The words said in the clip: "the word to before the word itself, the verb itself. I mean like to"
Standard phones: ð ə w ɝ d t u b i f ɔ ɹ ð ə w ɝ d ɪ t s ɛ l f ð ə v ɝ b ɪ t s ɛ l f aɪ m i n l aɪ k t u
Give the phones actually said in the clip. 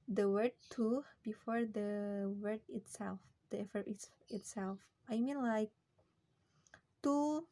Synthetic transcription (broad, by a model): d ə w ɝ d t u b i f ɔ ɹ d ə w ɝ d ɪ t s ɛ l f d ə f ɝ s ɪ t s ɛ l f aɪ m i n l aɪ k t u